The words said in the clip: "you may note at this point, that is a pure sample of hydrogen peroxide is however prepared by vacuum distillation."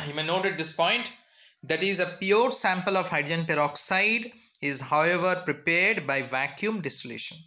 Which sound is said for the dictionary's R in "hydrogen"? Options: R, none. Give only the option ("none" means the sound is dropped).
none